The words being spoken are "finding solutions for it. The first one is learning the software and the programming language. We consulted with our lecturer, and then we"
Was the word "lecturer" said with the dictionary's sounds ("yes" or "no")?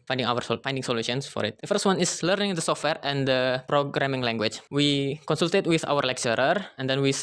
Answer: yes